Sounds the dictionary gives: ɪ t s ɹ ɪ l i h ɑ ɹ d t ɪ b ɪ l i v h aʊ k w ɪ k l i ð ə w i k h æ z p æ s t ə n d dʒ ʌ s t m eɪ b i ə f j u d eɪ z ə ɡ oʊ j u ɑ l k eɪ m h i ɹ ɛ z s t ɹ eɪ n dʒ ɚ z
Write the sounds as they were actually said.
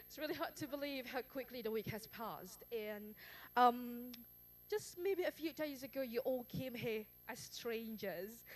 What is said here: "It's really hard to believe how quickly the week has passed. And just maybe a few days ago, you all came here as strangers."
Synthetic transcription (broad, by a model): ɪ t s ɹ ɪ l i h ɑ ɹ d t ɪ b ɪ l i v h aʊ k w ɪ k l i ð ə w i k h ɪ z p æ s t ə n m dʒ ʌ s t m eɪ b i ə f j u d eɪ z ə ɡ oʊ j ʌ ɑ l k eɪ m h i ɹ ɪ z s t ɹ eɪ n dʒ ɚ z